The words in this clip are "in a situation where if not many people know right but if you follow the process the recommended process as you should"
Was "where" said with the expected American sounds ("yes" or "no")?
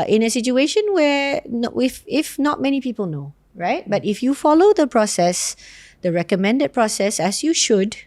no